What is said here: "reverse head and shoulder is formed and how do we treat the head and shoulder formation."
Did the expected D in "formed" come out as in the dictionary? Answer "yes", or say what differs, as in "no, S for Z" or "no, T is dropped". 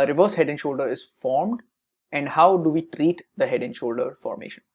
yes